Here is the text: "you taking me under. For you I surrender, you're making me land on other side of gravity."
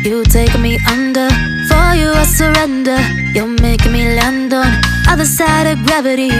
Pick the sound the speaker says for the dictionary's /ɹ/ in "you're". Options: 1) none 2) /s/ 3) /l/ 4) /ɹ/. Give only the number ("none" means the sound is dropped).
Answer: 3